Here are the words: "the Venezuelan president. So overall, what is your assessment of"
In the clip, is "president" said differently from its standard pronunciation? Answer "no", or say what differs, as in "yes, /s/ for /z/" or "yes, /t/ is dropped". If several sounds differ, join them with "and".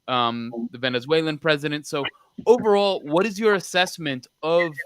no